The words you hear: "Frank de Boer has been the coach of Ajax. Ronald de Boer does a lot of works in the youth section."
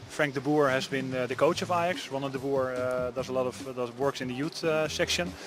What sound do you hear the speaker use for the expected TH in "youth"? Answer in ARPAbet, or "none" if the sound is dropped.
T